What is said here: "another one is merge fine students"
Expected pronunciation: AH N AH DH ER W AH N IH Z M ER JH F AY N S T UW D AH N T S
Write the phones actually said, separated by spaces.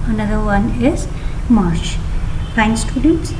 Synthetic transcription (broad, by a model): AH N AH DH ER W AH N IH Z M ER SH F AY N S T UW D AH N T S